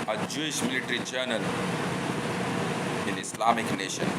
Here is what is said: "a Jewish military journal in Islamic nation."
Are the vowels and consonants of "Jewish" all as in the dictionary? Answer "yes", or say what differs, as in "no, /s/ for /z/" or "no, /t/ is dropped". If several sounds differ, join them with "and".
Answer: yes